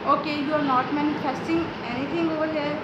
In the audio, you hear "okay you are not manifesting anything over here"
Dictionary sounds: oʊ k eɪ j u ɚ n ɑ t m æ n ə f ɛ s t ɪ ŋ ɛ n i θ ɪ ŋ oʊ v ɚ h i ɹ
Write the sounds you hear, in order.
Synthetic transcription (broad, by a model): oʊ k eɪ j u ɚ n ɑ t m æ n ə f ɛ s t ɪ ŋ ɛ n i t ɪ ŋ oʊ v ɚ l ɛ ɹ